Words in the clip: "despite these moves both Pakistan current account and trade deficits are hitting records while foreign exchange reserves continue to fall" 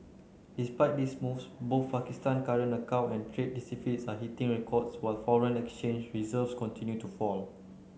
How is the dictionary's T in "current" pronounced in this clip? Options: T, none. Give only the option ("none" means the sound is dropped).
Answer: none